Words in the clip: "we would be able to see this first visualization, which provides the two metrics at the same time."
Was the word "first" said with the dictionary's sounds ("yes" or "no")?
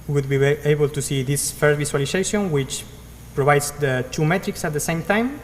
no